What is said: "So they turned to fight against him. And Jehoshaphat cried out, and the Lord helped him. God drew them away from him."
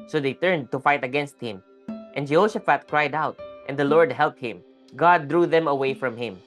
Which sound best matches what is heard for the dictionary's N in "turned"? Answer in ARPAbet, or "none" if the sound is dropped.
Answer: N